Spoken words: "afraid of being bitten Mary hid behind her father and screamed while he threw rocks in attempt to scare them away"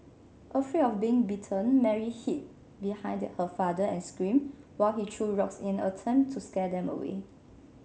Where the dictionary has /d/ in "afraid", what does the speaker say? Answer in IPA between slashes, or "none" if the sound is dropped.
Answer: none